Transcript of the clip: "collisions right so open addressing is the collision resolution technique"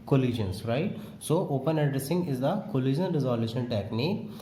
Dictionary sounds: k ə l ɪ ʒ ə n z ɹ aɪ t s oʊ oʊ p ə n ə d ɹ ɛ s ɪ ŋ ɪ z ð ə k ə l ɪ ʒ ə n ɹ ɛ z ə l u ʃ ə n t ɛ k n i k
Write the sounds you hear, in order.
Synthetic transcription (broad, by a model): k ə l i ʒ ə n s ɹ aɪ t s oʊ oʊ p ə n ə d ɹ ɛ s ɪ ŋ ɪ z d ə k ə l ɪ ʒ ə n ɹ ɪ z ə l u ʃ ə n t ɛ k n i k